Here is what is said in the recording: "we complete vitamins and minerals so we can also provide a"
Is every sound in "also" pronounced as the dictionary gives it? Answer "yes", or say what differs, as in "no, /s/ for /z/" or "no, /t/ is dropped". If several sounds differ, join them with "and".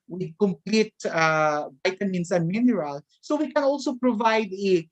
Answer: yes